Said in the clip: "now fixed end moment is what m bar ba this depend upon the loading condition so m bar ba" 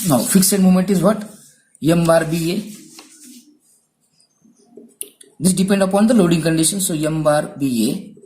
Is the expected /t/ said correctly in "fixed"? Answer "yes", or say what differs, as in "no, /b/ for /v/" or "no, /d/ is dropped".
no, /t/ is dropped